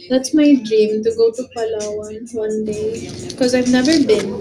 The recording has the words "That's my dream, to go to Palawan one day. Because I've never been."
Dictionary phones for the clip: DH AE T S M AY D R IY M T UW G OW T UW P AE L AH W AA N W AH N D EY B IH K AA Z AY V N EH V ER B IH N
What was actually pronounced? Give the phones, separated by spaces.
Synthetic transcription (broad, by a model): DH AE T S M AY D R IY M T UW G OW T UW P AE L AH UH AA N W AH N D EY B IH K AA Z AY V N EH V ER B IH N